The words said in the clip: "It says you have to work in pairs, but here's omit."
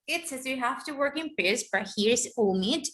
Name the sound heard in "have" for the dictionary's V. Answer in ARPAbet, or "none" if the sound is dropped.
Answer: F